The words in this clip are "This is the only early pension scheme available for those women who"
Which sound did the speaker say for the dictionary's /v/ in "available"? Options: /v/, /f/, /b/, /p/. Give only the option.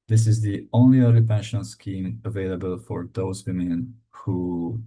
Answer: /v/